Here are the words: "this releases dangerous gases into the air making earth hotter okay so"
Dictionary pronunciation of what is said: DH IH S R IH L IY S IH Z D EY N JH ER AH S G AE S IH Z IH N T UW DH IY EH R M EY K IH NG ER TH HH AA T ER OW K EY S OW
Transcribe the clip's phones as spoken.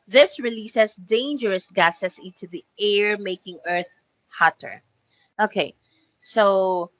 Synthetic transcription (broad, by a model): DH IH S R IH L IY S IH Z D EY N JH ER AH S G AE S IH S IH N T UW DH IY EH R M EY K IH NG ER TH HH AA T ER OW K EY S OW